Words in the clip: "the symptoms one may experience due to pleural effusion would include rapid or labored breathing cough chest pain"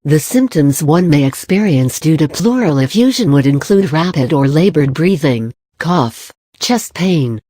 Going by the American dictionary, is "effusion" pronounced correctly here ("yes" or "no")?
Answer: yes